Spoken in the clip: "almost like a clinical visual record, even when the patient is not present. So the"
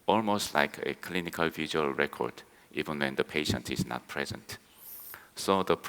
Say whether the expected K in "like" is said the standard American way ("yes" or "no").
yes